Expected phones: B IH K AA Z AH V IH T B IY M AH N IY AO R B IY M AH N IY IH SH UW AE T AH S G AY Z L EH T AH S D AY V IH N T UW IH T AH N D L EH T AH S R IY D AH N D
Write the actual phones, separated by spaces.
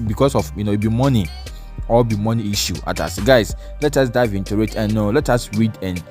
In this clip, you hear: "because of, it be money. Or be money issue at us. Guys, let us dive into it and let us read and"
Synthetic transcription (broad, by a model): B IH K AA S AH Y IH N B IY M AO N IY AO L B IY M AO N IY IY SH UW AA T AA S G AY S L EH T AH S D AY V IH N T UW IH T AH N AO L EH T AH S R IY D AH N